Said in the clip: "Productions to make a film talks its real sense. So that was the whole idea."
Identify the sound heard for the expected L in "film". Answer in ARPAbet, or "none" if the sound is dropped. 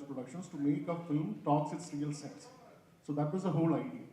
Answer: L